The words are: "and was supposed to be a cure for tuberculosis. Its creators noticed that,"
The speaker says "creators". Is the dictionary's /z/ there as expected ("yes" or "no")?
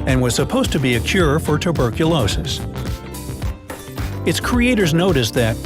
yes